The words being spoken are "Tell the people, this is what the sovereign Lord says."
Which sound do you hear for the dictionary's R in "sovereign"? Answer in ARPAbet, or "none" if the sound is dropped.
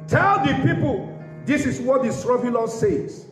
none